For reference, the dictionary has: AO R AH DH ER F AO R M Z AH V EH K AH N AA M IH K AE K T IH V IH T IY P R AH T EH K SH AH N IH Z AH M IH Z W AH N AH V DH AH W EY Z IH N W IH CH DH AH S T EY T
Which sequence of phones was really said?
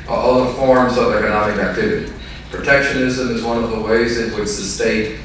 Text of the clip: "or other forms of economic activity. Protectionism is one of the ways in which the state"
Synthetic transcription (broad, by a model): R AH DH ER F AO R M Z AH V EH K AH N AA M IH K AE K T IH V IH T IY P R AH T EH K SH AH N IH Z AH M IH Z W AH N AH V DH AH W EY Z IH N W IH CH DH AH S T EY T